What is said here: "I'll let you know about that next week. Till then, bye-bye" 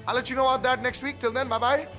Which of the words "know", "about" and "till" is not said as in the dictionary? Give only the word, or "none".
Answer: about